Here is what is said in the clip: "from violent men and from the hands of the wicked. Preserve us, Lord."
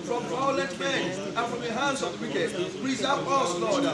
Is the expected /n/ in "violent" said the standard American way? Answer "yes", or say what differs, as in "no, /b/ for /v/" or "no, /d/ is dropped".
no, /n/ is dropped